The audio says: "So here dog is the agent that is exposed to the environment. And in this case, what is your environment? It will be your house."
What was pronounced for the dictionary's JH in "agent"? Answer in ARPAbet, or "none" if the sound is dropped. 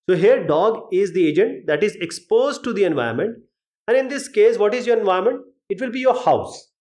JH